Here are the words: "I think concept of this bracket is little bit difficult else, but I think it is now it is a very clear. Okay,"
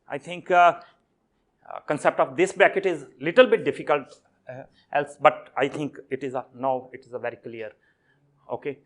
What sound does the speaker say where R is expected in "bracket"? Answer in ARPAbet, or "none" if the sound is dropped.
none